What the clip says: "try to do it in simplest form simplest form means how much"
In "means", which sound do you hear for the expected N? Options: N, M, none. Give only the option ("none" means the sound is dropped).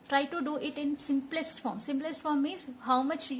none